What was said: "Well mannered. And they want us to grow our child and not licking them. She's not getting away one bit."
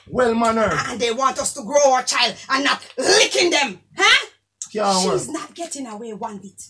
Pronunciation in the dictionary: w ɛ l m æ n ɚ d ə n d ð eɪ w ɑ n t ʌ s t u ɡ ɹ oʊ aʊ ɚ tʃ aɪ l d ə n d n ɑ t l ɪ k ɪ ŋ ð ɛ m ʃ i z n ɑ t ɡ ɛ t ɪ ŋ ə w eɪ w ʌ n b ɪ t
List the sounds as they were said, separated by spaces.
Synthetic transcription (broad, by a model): w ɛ l m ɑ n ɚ ə n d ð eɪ w ɑ n t ʌ s t u ɡ ɹ oʊ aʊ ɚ tʃ aɪ l d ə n n ɑ t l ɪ k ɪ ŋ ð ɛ m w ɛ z n ɑ t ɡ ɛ t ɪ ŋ ə w eɪ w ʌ n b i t